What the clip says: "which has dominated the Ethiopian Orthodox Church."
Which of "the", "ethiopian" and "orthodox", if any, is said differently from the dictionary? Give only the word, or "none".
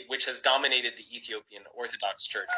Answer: none